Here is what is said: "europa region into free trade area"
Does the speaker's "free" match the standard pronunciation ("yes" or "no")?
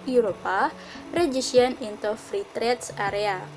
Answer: yes